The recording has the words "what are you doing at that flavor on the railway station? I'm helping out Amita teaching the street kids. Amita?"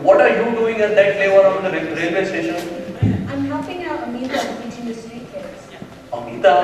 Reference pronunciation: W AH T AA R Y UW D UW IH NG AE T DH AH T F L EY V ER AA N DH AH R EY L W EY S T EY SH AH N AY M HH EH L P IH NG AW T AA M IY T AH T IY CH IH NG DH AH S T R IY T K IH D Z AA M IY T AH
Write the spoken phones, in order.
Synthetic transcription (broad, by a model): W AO T AA R Y UW D UW IH NG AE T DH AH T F L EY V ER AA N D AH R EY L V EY S T EY SH AH N AY M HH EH P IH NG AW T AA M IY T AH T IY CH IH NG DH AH S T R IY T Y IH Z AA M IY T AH